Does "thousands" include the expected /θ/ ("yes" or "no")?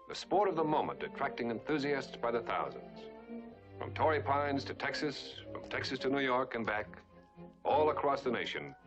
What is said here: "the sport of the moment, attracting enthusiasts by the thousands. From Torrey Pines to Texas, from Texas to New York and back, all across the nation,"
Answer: yes